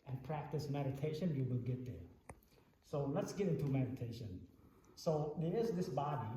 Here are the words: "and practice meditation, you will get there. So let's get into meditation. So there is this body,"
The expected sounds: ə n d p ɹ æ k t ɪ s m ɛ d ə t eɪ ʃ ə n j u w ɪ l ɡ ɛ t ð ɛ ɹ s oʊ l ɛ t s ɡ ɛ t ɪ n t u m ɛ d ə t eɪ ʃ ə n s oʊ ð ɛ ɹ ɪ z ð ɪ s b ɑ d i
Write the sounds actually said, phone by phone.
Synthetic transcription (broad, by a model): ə n p ɹ æ k t ɪ s m ɛ d ə t eɪ ʃ ə n j u w ɪ l ɡ ɛ t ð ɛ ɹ s oʊ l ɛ t s ɡ ɛ t ɪ n t u m ɛ d ə t eɪ ʃ ə n s oʊ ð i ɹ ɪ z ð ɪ s b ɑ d i